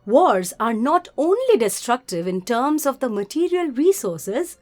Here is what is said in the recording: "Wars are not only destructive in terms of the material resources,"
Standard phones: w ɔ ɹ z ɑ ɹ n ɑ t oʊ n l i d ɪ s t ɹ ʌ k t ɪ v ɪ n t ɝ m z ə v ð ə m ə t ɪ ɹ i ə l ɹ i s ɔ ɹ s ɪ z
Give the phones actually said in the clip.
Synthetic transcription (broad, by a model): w ɔ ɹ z ɑ ɹ n ɑ t oʊ n l i d ɪ s t ɹ ʌ k t ɪ v ɪ n t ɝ m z ə v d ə m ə t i ɹ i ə l ɹ i s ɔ ɹ s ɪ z